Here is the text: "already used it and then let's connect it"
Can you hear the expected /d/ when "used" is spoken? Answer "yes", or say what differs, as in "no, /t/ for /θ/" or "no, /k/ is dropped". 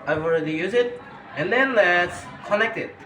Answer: no, /d/ is dropped